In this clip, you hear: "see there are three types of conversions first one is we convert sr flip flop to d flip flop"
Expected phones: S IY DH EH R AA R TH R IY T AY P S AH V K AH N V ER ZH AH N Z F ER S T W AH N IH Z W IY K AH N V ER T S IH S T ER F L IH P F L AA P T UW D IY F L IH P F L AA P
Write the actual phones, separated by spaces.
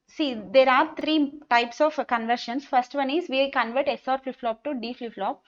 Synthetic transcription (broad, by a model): S IY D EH R AA R T R IY T AY P S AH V K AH N V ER SH AH N S F ER S T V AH N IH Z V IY K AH N V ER T S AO T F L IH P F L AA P T UW D IY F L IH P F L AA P